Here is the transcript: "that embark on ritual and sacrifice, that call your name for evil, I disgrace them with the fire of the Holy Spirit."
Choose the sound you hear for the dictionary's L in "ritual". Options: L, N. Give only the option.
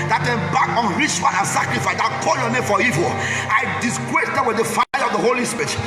N